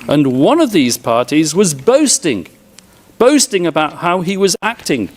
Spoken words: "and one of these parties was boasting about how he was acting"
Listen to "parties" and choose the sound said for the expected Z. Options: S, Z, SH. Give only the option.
Z